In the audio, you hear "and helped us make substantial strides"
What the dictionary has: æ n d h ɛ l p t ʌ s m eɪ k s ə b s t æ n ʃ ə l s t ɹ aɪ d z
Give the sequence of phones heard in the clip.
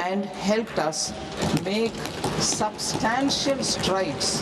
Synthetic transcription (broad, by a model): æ n d h ɛ l p t ʌ s m eɪ k s ə b s t æ n ʃ ə l s t ɹ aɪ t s